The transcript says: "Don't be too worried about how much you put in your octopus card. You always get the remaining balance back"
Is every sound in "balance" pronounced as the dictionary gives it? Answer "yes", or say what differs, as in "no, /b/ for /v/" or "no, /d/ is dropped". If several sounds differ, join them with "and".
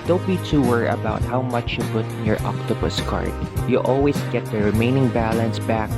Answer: yes